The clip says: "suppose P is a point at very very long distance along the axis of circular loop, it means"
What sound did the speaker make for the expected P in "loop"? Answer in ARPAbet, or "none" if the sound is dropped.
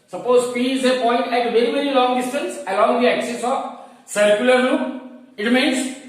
none